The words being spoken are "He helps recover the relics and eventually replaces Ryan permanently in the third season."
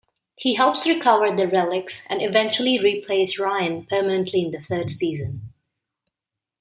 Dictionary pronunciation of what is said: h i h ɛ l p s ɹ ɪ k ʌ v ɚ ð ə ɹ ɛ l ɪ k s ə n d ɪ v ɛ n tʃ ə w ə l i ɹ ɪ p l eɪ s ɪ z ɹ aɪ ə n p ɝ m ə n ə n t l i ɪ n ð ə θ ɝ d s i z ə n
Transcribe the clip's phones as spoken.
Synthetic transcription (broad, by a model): h i h ɛ l p s ɹ ɪ k ʌ v ɚ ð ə ɹ ɛ l ɪ k s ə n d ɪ v ɛ n tʃ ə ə l i ɹ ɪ p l eɪ ɪ s ɹ aɪ ə n p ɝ m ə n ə n t l i ɪ n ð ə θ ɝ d s i z ə n